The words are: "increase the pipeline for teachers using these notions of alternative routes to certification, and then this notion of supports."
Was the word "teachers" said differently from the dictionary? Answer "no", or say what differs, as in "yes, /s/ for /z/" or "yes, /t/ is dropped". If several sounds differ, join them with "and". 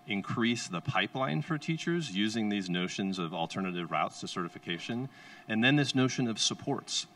no